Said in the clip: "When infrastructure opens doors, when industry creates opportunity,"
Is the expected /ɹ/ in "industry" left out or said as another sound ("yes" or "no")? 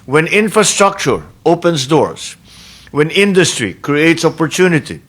no